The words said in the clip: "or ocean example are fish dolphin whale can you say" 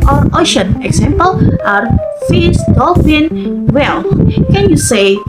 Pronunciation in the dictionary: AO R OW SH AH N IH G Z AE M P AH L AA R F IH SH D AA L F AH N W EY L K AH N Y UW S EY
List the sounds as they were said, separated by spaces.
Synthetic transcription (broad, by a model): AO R OW SH AH N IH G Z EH M P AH L AA R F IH S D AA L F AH N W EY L K AH N Y UW S EY